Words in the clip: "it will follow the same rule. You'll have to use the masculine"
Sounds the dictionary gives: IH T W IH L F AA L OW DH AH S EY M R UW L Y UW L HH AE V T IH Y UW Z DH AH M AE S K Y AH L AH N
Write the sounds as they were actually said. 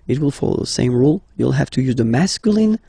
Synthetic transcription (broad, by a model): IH T W IH L F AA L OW DH AH S EY M R UW L Y UW L HH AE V T IH Y UW Z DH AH M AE S K Y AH L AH N